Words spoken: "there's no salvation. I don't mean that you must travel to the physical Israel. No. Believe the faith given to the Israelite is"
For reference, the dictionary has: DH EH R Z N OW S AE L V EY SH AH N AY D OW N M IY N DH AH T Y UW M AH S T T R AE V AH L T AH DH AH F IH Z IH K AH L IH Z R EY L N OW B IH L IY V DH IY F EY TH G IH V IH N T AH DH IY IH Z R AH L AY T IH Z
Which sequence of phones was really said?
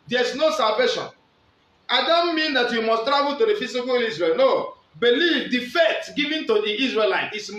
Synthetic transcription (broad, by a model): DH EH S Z N OW S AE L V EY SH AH N AY D OW N M IY N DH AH T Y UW M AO S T T R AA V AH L T AH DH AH F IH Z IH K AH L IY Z R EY L N OW B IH L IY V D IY F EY T G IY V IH N T AH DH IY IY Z R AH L AY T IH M